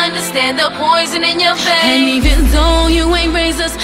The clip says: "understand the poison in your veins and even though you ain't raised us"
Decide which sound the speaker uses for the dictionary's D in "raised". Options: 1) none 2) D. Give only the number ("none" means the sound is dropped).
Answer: 1